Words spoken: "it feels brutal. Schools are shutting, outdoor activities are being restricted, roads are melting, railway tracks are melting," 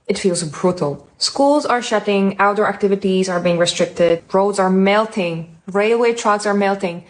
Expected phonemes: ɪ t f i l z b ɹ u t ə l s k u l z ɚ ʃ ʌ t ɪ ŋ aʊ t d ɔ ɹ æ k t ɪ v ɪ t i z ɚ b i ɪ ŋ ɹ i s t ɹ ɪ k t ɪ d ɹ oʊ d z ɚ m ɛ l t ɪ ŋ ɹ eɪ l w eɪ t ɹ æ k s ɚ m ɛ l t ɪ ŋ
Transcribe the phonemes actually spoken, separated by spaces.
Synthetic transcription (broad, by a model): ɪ t f i l z b ɹ u t ə l s k u l z ɚ ʃ ʌ t ɪ ŋ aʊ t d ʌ ɹ æ k t ɪ v ɪ t i z ɚ b i ɪ ŋ ɹ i s t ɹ ɪ k t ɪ d ɹ oʊ d z ɚ m ɛ l t ɪ ŋ ɹ eɪ l w eɪ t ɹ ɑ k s ɚ m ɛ l t ɪ ŋ